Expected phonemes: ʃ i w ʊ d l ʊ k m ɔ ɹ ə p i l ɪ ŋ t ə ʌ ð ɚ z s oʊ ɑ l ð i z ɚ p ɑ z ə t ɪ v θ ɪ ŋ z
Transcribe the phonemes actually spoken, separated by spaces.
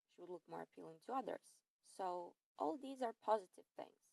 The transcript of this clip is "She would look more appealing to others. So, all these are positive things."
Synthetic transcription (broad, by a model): ʃ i w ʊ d l ʊ k m ɔ ɹ ə p i l ɪ ŋ t ə ʌ ð ɚ z s oʊ ɑ l ð i z ɚ p ɑ z ə t ɪ v θ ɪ ŋ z